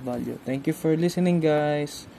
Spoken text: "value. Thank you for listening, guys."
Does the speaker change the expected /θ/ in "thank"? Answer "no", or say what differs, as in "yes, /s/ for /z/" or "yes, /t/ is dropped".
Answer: yes, /t/ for /θ/